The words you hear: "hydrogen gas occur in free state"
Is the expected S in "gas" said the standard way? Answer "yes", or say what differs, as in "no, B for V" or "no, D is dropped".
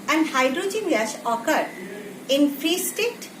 no, SH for S